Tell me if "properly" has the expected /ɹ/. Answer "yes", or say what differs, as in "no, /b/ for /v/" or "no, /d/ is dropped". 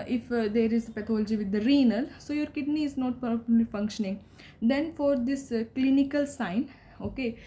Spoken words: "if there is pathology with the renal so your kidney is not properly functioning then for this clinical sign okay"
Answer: no, /ɹ/ is dropped